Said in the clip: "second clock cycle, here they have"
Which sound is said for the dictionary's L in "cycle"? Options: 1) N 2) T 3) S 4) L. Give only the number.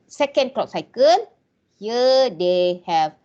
1